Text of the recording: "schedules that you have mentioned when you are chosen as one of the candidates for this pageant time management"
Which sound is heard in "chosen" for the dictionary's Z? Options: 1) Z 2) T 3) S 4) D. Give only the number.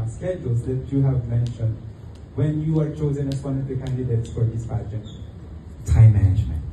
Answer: 1